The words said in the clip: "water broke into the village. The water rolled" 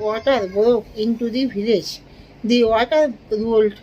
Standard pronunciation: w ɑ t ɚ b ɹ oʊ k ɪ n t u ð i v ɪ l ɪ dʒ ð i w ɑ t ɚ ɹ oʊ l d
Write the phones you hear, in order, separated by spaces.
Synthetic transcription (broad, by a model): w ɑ t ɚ b ɹ oʊ k ɪ n t u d i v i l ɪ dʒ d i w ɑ t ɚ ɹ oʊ l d